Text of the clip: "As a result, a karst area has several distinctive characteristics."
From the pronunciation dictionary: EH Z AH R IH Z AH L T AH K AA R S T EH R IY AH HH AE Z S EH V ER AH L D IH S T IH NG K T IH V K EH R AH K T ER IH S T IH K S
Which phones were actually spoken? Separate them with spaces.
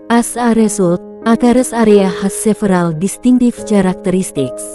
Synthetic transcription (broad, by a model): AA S AH R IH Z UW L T AH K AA R S AA R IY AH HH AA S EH F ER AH L D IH S T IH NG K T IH F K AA R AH K T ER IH S T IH K S